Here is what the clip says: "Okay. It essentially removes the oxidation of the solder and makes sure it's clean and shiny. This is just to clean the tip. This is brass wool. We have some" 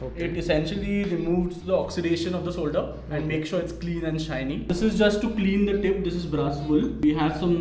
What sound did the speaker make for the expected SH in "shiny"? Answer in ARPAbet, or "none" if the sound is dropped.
SH